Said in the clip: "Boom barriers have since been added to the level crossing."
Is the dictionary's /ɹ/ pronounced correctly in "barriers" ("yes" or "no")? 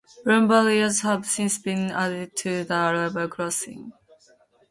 no